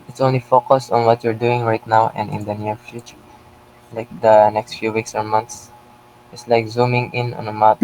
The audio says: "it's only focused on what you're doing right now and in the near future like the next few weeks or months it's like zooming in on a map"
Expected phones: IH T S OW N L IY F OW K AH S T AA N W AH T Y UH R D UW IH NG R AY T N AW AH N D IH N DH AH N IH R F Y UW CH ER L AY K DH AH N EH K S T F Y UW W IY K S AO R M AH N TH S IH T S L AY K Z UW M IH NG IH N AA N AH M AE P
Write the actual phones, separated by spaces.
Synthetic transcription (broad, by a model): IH T S OW N L IY F OW K AH S T AA N W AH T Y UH R D UW IH NG R AY T N AW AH N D IH N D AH N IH R F Y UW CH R L AY K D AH N EH K S T F Y UW W IY K S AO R M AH N T S IH T S L AY K Z UW M IH NG IH N AA N AH M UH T